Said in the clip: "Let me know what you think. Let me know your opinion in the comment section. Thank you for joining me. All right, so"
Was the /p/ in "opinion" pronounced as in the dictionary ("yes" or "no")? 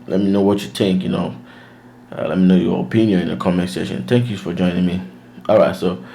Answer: yes